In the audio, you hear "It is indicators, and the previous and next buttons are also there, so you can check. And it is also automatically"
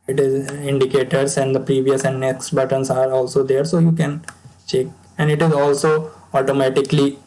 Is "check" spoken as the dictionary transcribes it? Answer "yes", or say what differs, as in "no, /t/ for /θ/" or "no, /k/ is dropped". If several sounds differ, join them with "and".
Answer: yes